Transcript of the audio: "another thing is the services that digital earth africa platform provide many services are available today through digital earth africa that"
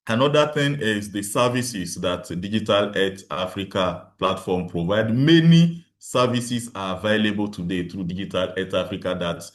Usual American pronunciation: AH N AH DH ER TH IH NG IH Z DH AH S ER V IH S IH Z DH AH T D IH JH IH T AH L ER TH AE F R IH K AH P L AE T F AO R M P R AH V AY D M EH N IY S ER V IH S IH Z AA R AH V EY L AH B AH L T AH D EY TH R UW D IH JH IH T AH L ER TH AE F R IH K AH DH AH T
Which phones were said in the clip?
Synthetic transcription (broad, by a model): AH N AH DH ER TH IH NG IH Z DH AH S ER V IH S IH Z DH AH T D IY JH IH T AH L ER T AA F R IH K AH P L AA T F AO M P R AH V AY D M EH N IY S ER V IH S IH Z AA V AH IH L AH B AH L T AH D EY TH R UW D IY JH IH T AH L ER T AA F R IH K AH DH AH T